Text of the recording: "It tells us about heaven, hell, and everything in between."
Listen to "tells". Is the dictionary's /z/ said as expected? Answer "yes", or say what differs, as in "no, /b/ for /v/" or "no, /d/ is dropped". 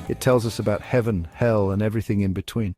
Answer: yes